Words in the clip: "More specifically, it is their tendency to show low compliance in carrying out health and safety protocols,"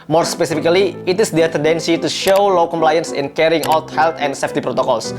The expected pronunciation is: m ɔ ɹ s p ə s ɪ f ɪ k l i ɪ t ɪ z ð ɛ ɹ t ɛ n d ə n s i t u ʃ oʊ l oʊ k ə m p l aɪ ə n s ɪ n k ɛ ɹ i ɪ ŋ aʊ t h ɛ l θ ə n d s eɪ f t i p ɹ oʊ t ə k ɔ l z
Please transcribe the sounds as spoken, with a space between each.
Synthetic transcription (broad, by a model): m ɔ ɹ s p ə s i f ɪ k l i ɪ t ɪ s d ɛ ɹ t ɛ n d ə n s i t u ʃ oʊ l oʊ k ə m p l aɪ ə n s ɪ n k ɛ ɹ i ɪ ŋ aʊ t h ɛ l t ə n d s eɪ f t i p ɹ oʊ t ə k ɔ l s